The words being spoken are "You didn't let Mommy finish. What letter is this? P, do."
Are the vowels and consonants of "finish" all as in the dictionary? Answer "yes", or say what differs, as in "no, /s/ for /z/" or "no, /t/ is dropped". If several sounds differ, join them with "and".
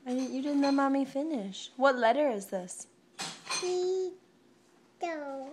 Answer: yes